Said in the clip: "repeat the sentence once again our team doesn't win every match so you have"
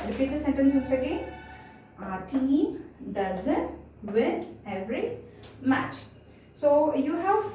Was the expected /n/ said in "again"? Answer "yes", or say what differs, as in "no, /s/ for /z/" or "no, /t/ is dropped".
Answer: no, /n/ is dropped